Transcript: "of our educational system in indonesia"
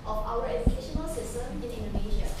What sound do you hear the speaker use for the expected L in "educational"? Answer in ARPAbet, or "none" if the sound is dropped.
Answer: L